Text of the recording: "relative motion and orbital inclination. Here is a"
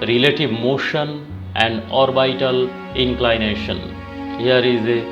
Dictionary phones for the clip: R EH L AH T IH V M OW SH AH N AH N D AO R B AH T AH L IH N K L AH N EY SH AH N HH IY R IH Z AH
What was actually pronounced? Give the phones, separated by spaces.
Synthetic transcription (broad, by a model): R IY L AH T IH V M OW SH AH N AH N D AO R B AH T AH L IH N K L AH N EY SH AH N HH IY R IH Z